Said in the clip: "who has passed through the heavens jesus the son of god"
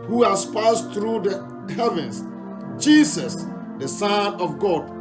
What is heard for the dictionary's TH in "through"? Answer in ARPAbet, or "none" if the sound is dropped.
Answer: T